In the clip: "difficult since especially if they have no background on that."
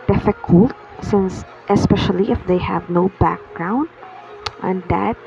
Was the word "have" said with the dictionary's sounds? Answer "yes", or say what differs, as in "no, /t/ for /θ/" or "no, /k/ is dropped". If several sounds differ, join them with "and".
yes